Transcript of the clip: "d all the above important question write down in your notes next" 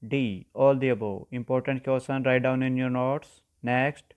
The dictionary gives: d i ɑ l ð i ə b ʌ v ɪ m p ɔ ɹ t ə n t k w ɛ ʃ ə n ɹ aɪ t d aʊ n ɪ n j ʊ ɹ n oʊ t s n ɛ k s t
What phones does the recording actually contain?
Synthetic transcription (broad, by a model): d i ɑ l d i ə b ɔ ɪ m p ɔ ɹ t ə n t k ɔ s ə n ɹ aɪ t d aʊ n ɪ n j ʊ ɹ n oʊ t s n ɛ k s t